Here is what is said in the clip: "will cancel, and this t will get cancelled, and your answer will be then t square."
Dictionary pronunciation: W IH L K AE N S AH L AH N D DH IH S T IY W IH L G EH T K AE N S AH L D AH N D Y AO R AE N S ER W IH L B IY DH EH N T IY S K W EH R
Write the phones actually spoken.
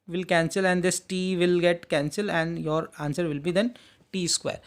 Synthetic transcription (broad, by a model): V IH L K AE N S AH L AH N D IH S T IY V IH L G EH T K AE N S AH L AH N D Y AO R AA N S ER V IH L B IY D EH N T IY S K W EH R